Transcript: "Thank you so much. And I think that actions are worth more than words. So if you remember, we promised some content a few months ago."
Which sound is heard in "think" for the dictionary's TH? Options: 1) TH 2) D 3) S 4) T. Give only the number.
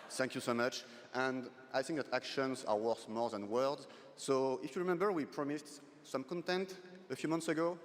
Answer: 1